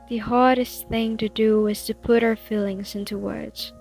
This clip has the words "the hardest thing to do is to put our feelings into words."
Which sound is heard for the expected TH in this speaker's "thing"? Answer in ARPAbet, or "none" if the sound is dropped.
TH